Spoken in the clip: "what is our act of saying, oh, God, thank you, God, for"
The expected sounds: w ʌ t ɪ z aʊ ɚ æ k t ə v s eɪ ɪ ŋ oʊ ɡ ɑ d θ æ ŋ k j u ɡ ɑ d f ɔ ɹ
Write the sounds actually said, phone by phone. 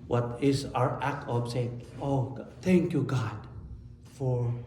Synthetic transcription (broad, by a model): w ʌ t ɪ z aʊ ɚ æ k t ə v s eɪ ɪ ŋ oʊ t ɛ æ ŋ k j u ɡ ɑ d f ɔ ɹ